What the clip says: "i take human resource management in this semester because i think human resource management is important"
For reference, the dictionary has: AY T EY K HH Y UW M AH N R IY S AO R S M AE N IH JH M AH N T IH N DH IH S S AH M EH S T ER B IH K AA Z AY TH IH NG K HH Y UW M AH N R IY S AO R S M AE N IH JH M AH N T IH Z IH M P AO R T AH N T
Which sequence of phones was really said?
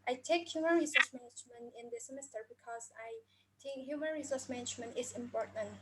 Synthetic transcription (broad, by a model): AY T EY K HH Y UW M AH N R IY S AO R S M AE N IH JH M AH N T IH N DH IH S S AH M EH S T ER B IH K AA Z AY T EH K HH Y UW M AH N R IY S AO R S M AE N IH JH M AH N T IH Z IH M P AO R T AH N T